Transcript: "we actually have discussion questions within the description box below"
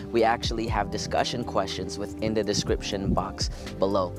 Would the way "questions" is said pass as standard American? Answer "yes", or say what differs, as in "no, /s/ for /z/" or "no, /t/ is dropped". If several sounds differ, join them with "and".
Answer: yes